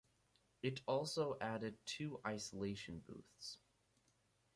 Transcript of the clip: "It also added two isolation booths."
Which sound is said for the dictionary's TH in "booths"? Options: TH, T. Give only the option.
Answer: TH